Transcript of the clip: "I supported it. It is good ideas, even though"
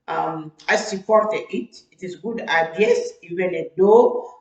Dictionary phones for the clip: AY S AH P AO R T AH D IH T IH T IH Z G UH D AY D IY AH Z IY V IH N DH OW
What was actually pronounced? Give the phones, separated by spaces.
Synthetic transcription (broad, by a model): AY S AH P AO R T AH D IH T IH T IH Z G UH D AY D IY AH S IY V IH N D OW